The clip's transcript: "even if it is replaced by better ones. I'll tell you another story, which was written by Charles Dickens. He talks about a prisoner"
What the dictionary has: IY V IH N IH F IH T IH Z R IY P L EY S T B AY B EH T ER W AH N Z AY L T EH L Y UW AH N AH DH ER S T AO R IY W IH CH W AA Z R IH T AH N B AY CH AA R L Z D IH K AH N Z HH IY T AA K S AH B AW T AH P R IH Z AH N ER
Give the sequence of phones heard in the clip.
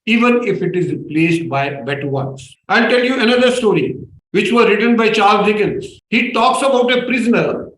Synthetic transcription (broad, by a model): IY V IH N IH F IH T IH Z R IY P L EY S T B AY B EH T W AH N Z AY N T EH L Y UW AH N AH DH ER S T AO R IY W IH CH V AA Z R IH T AH N B AY CH AA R L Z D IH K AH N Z HH IY T AA K S AH B AW T AH P R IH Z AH N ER